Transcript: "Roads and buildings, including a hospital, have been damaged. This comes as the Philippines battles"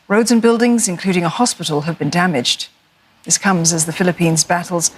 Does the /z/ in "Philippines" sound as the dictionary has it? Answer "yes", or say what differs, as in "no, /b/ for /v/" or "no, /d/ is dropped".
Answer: yes